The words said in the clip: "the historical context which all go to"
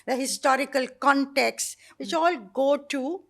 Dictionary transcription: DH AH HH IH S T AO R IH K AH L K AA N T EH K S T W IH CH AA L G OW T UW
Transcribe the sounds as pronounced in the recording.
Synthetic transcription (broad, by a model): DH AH HH IH S T AO R IH K AH L K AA N T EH K S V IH CH AA L G OW T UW